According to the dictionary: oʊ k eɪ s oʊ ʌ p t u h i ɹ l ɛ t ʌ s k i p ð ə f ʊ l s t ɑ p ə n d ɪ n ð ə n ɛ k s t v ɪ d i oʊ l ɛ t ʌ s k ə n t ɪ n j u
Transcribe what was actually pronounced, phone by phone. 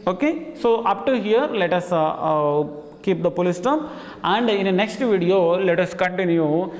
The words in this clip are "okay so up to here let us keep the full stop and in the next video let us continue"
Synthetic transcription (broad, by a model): oʊ k eɪ s oʊ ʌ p t u h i ɹ l ɛ t ʌ s k i p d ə p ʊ l s t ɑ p ə n d ɪ n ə n ɛ k s t v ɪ d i oʊ l ɛ t ʌ s k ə n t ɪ n j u